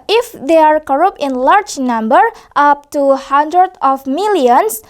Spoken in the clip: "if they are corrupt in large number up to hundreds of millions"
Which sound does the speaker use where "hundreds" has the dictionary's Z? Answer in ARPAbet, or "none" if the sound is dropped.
none